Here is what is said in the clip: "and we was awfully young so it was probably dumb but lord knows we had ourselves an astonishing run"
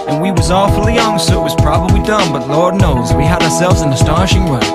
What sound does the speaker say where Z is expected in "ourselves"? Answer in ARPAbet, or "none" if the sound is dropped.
Z